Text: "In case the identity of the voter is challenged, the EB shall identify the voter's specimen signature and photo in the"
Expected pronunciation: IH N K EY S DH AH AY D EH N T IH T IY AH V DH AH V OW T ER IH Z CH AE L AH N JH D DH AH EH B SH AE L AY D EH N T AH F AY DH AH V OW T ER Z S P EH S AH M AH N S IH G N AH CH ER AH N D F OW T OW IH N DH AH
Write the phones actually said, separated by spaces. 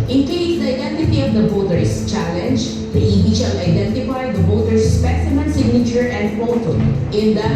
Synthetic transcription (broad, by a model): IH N K EY S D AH AY D EH N T IH T IY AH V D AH B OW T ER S CH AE L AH N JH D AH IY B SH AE L AY D EH N T AH F AY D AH B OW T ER S P EH S AH M AH N S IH G N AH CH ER AH N D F OW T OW IH N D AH